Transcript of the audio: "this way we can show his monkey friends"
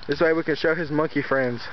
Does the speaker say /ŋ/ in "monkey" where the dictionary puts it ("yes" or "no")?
yes